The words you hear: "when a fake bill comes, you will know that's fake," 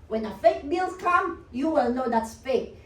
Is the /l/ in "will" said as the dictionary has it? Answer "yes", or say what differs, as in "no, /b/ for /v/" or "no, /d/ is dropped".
yes